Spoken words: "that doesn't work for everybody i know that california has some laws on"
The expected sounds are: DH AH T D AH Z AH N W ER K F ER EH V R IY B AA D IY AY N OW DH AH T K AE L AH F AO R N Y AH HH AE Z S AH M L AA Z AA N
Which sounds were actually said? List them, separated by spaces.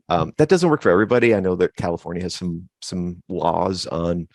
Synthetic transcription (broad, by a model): DH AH T D AH Z AH N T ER K F ER EH V R IY B AA D IY AY N OW DH AH T K AE L AH F AO R N Y AH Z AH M S AH M L AA Z N